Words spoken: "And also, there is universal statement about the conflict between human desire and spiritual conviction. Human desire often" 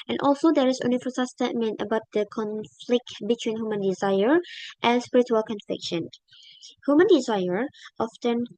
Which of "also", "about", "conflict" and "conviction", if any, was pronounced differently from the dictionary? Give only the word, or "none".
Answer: conviction